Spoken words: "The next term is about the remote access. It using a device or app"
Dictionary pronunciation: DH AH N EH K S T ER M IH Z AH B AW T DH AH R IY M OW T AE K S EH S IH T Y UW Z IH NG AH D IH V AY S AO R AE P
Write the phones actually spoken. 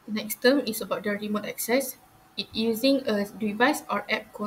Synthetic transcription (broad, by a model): N EH K S T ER M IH S AH B AW T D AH R IY M OW T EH K S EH S IH T Y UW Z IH NG AH D IH V AY S AO R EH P